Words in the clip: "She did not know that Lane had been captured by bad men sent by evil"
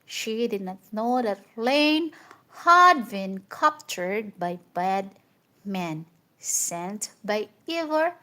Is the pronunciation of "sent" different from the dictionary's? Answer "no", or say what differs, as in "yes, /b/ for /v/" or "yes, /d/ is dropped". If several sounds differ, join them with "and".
no